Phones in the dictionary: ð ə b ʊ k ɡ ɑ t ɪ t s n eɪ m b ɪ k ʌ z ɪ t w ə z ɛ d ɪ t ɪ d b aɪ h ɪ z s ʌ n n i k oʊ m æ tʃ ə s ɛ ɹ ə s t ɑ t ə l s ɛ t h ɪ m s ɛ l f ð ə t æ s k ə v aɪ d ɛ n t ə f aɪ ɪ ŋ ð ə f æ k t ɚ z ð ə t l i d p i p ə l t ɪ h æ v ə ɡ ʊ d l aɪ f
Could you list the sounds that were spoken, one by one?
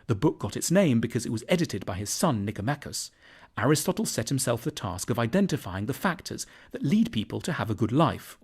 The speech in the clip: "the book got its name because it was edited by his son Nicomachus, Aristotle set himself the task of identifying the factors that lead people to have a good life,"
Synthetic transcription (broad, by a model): ð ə b ʊ k ɡ ɑ t ɪ t s n eɪ m b ɪ k ʌ z ɪ t w ə z ɛ d ɪ t ɪ d b aɪ ɪ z s ʌ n n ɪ k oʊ m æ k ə s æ ɹ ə s t ɑ t l s ɛ t h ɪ m s ɛ l f ð ə t æ s k ə v aɪ d ɛ n t ə f aɪ ɪ ŋ ð ə f æ k t ɚ z ð ə t l i d p i p ə l t ɪ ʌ v ə ɡ ʊ d l aɪ f